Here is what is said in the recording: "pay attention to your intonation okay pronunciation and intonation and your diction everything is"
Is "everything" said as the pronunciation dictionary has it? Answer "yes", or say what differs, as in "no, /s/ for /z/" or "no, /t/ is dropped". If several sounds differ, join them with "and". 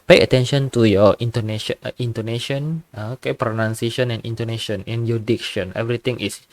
no, /t/ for /θ/